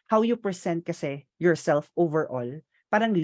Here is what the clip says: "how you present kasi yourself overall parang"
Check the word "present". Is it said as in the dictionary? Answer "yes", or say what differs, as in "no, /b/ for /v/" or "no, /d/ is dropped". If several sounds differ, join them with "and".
no, /s/ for /z/